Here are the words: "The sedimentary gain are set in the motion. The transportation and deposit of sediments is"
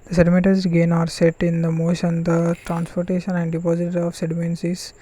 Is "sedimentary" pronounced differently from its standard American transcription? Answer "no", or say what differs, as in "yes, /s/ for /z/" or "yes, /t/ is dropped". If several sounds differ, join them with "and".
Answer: yes, /n/ is dropped